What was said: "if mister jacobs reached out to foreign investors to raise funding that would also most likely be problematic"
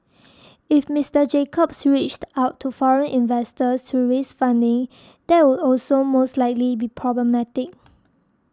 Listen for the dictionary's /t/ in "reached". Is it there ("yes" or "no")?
yes